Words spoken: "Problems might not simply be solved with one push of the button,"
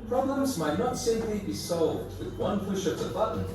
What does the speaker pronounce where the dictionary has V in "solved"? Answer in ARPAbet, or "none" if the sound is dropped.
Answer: V